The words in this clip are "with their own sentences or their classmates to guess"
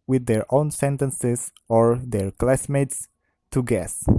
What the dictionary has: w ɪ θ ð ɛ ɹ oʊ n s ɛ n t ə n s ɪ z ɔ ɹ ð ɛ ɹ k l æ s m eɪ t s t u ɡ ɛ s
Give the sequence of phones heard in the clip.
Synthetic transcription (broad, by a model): w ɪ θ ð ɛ ɹ oʊ n s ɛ n t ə n s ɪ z ɔ ɹ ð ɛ ɹ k l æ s m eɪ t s t u ɡ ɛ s